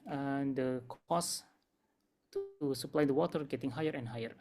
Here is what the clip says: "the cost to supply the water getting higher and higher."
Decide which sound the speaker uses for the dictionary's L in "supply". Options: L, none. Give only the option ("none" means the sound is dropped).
L